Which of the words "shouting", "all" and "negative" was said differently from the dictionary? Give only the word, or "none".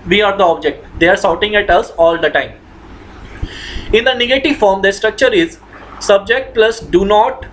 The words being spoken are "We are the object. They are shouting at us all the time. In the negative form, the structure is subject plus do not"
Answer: shouting